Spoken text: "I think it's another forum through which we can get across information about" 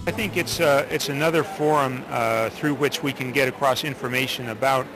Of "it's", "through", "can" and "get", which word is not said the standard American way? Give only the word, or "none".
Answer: none